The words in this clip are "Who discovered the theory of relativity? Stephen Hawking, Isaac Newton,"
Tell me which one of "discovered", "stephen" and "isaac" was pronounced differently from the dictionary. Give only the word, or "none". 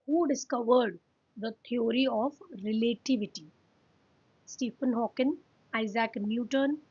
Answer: stephen